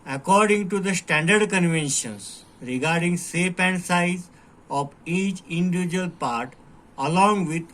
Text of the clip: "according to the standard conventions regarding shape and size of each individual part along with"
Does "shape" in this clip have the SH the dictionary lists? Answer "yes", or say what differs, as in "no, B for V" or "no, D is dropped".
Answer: no, S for SH